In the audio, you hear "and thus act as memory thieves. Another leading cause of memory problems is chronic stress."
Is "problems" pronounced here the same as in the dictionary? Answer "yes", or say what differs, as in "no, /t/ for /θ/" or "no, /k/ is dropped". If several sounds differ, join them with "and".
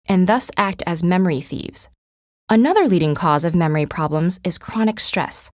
yes